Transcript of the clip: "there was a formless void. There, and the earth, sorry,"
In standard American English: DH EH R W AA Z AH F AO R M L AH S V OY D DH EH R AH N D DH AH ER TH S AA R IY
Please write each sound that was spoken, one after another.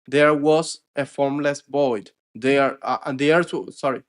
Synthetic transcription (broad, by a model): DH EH R W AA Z AH F AO R M L AH S B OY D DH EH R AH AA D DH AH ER T S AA R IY